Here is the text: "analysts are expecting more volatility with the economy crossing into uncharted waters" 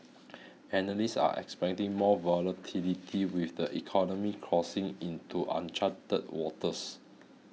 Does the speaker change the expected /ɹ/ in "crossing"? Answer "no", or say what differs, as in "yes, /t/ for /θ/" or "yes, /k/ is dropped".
no